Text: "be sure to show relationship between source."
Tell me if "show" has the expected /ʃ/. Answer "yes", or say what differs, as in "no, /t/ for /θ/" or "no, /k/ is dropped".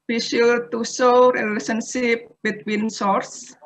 no, /s/ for /ʃ/